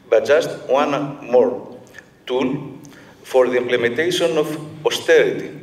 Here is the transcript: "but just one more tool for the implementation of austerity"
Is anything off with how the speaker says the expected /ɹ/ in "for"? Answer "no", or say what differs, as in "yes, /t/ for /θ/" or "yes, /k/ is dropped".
no